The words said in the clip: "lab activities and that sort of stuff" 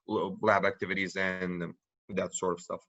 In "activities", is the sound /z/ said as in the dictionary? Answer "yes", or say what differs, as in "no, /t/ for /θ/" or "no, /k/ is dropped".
yes